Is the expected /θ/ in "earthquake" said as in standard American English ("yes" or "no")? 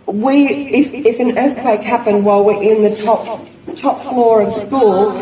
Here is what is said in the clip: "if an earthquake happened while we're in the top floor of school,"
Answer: yes